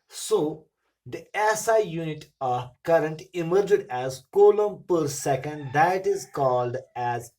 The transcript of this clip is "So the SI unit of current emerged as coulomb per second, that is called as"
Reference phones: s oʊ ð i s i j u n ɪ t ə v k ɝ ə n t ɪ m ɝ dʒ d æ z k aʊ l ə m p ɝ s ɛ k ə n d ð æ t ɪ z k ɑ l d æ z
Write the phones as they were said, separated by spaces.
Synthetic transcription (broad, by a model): s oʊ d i s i j u n ɪ t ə k ɝ ə n t ɪ m ɝ dʒ d æ z k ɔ l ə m p ɝ s ɛ k ə n d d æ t ɪ z k ɑ l d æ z